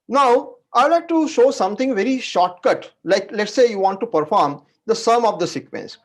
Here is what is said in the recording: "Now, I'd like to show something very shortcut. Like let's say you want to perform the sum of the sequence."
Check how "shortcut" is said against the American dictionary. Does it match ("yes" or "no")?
yes